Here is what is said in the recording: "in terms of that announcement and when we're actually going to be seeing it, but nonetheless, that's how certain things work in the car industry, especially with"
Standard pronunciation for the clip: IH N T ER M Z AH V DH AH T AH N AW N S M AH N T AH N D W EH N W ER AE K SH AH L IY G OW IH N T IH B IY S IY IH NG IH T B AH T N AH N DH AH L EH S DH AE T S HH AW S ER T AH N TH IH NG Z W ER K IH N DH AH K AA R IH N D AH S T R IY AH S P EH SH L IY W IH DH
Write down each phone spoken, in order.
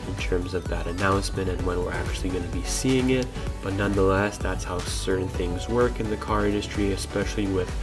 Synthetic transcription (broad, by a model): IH N T ER M Z AH V DH AH T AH N AW N S M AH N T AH N W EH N W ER AE K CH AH L IY G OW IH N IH B IY S IY IH NG IH T B AH T N AH N DH AH L EH S DH AE T S HH AW S ER T N TH IH NG Z W ER K IH N DH AH K AA R IH N D AH S T R IY AH S P EH SH L IY W IH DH